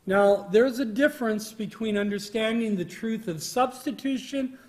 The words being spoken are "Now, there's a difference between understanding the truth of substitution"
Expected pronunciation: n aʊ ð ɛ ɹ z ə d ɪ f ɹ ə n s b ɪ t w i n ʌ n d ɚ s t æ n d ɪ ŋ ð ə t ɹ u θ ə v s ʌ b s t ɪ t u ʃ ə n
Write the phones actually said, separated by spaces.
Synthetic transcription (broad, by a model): n aʊ ð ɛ ɹ z ə d ɪ f ɹ ə n s b ɪ t w i n ʌ n d ɚ s t æ n d ɪ ŋ ð ə t ɹ u θ ə v s ʌ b s t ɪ t u ʃ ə n